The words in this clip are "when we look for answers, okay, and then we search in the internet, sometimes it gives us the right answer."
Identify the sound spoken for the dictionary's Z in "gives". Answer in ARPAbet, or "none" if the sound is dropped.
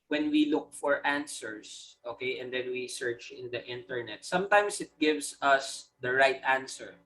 S